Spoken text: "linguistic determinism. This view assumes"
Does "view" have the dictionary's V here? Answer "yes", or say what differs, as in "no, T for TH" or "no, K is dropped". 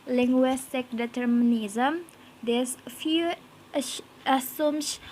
no, F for V